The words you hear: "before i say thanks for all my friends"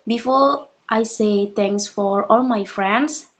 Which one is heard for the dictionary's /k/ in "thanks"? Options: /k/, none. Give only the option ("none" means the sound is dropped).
none